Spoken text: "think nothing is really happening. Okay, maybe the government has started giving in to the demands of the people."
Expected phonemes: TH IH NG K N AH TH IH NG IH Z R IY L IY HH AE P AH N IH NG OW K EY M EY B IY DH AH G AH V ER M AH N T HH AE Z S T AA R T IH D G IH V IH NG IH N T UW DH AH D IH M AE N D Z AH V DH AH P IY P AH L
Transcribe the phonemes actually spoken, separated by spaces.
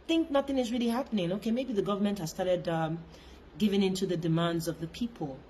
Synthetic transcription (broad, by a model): TH IH NG K N AH TH IH NG IH Z R IY L IY HH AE P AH N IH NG OW K EY M EY B IY DH AH G AH V ER M AH N T HH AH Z S T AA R T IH D G IH V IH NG IH N T UW DH AH D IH M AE N D Z AH V DH AH P IY P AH L